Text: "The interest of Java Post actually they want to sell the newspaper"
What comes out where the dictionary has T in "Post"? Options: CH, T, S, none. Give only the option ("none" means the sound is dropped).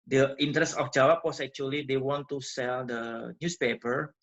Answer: none